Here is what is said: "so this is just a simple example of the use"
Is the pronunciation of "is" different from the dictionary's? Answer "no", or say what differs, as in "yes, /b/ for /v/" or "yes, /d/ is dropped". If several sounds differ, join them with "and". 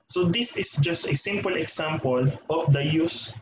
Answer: yes, /s/ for /z/